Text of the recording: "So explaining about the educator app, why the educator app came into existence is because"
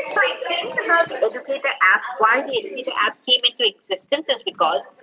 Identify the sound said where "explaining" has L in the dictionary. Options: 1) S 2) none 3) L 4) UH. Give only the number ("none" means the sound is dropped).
2